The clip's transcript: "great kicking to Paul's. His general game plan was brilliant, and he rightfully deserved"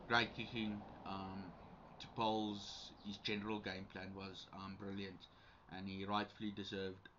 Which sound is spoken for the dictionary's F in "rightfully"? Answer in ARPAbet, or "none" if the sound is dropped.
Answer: F